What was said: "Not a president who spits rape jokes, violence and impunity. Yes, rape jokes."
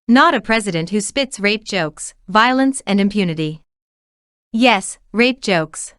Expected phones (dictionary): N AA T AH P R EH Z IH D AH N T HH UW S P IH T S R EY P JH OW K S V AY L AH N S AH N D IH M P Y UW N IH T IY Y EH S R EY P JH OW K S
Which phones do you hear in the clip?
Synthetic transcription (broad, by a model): N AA T AH P R EH Z IH D AH N T HH UW S P IH T S R EY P JH OW K S V AY L AH N S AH N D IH M P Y UW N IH T IY Y EH S R EY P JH OW K S